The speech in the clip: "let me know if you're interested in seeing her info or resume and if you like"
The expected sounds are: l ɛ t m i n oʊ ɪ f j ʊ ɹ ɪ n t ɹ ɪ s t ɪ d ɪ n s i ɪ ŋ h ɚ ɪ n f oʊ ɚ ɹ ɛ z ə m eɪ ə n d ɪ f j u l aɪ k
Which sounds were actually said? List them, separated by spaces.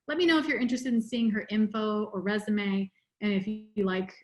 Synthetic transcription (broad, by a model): l ɛ t m i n oʊ ɪ f j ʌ ɹ ɪ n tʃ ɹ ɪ s t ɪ d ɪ n s i ɪ ŋ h ɚ ɪ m f oʊ ɚ ɹ ɛ z ə m eɪ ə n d ɪ f j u l aɪ k